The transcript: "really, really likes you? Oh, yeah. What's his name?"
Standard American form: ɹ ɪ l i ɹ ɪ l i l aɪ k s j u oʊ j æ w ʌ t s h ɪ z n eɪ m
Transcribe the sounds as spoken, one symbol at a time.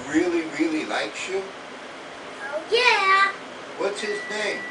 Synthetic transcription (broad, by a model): ɹ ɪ l i ɹ ɪ l i l aɪ k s j u oʊ j æ w ʌ t s h ɪ z n eɪ m